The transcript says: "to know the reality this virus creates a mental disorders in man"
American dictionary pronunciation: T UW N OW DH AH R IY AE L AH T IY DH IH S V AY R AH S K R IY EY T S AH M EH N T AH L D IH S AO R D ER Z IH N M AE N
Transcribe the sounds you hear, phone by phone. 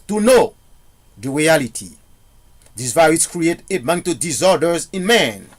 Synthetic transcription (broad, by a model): T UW N OW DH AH R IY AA L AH T IY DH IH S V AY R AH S K R IY EY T AH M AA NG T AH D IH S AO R D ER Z IH N M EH N